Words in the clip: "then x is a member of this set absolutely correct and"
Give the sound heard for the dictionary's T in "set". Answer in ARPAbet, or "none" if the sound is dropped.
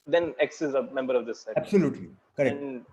none